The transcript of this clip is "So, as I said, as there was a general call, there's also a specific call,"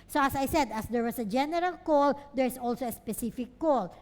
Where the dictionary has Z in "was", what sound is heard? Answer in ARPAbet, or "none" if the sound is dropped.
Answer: S